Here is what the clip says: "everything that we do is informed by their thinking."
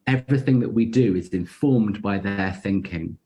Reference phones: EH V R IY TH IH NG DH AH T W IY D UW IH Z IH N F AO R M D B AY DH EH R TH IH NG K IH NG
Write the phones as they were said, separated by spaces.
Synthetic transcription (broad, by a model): EH V R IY TH IH NG DH AH T W IY D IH IH Z IH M F AO M D B AY DH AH TH IH NG K IH NG